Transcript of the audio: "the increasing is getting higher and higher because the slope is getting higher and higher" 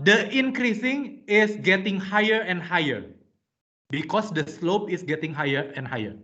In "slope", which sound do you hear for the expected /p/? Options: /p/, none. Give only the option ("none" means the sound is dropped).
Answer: /p/